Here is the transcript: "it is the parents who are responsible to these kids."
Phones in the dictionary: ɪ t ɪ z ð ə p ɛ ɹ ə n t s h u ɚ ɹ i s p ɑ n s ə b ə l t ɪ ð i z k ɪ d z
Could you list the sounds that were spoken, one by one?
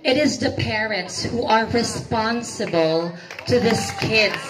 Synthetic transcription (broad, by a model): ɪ t ɪ z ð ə p ɛ ɹ ə n t s h u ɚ ɹ i s p ɑ n s ə b ə l t ɪ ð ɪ s k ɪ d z